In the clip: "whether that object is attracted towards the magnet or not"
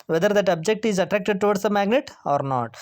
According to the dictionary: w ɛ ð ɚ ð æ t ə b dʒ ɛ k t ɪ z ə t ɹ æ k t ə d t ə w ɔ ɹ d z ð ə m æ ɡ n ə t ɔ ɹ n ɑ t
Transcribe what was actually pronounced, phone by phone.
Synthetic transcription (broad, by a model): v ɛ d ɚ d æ t ə b dʒ ɛ k t ɪ z ə t ɹ æ k t ə d t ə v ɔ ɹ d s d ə m æ ɡ n ə t ɔ ɹ n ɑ t